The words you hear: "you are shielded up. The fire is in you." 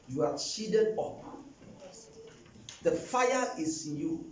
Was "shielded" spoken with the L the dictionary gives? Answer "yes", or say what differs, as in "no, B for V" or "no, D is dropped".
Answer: no, L is dropped